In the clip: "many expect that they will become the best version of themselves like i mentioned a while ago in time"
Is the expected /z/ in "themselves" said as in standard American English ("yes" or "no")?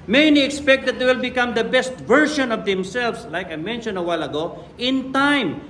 no